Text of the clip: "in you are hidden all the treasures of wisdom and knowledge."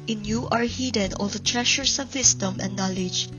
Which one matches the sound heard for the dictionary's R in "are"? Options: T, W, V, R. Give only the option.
R